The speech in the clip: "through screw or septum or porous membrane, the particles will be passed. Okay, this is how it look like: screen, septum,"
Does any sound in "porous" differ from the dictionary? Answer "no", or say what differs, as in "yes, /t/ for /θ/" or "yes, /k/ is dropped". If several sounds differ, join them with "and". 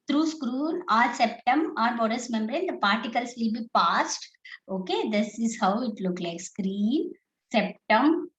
yes, /b/ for /p/